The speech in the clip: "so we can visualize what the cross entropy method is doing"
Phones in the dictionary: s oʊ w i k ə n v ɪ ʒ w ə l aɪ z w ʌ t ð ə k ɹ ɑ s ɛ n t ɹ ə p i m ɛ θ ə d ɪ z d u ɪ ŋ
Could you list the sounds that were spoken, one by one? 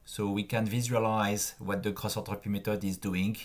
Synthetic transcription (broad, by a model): s oʊ w i k ə n v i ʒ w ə l aɪ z w ʌ t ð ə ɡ ɹ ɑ s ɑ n t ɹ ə p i m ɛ t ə d ɪ z d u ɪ ŋ